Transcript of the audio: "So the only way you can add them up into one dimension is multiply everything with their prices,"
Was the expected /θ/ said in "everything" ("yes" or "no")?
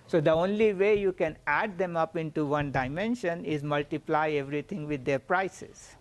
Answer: no